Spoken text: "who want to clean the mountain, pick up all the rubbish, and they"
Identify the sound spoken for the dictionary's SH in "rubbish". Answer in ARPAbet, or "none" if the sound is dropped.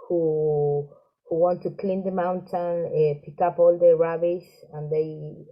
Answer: S